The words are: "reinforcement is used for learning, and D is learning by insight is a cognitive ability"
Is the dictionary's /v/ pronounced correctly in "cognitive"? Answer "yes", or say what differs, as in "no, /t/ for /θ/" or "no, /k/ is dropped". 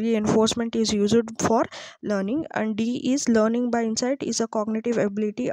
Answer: yes